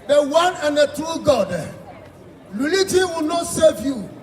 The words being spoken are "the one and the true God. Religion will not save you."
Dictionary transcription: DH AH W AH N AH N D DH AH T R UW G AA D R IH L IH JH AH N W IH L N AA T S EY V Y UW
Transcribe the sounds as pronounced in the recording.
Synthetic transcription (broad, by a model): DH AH W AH N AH N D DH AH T UW G AA D L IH L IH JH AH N W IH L N AA T S EY V Y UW